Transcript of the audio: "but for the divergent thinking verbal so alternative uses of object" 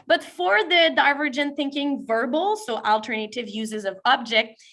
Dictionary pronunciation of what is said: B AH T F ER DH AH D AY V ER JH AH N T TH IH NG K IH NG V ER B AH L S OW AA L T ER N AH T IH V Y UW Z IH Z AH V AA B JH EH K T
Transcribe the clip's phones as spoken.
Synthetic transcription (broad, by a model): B AH T F ER DH AH D AY V ER JH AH N TH IH NG K IH NG V ER B L S OW AA L T ER N AH T IH V Y UW Z IH Z AH V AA B JH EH K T